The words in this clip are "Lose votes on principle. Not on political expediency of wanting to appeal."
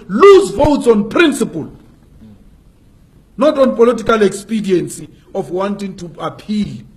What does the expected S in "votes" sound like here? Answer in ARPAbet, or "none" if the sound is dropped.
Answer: S